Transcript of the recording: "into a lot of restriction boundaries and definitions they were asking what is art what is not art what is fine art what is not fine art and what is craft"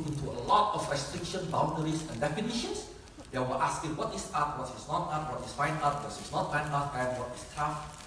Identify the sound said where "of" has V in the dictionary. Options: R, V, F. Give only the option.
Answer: F